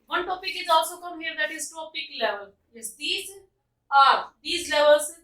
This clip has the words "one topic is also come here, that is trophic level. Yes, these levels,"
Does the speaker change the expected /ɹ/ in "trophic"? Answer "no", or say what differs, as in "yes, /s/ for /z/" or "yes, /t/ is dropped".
yes, /ɹ/ is dropped